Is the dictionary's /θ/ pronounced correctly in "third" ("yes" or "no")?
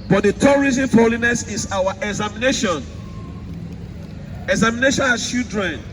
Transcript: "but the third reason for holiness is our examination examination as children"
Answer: no